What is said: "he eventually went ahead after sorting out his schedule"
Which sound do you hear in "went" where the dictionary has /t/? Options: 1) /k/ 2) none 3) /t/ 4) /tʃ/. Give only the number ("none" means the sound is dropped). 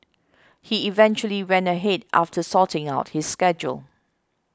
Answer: 2